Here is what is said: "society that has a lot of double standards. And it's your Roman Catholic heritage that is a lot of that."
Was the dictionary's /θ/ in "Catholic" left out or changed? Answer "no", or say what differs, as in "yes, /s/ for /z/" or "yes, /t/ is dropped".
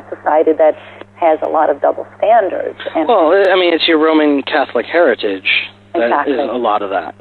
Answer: no